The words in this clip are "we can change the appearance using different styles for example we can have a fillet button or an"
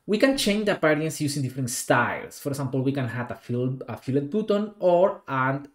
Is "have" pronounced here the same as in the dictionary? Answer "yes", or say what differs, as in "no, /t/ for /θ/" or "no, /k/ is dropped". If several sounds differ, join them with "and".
no, /f/ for /v/